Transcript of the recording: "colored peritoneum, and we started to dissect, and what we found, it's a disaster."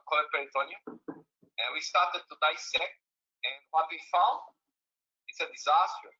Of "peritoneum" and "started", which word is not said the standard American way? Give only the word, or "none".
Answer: peritoneum